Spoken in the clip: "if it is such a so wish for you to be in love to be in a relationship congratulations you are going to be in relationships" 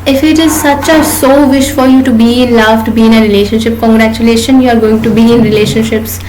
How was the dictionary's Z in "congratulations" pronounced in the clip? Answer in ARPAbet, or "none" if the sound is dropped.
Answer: none